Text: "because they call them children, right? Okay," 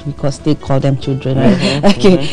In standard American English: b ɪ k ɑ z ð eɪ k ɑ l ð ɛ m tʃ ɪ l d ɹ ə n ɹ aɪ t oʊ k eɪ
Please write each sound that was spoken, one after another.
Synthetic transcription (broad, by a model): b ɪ k ɑ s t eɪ k ɑ l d ɛ m tʃ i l d ɹ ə n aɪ oʊ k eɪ